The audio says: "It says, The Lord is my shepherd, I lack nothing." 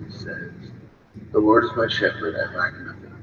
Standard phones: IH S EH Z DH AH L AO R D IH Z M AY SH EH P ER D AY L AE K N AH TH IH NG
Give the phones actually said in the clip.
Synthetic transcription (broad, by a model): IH S EH Z DH AH W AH R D IH Z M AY SH EH P ER D AY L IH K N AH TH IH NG